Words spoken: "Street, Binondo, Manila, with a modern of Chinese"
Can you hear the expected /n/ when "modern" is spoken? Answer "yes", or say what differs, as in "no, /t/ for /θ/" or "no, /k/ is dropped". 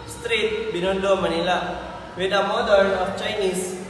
no, /n/ is dropped